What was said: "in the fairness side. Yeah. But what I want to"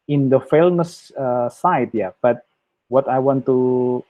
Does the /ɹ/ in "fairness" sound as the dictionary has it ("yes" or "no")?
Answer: no